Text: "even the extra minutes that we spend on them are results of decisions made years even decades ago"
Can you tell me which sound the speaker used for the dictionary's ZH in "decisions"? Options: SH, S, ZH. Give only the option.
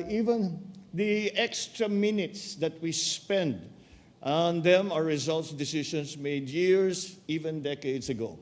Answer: SH